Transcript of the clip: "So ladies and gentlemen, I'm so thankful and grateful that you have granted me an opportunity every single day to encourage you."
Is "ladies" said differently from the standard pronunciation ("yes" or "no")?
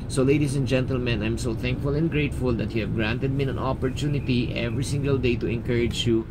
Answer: yes